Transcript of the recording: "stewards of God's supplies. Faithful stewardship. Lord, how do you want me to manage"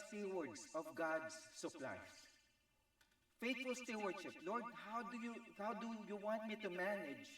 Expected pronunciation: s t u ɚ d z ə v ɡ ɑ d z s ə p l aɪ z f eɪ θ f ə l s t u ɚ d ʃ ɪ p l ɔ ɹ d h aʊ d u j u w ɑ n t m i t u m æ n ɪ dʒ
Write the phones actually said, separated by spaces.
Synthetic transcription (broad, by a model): s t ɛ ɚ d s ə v ɡ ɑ d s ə p l aɪ f eɪ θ f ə l s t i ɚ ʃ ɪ p l ɔ ɹ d h aʊ d u j u w ɑ n t m i t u m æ n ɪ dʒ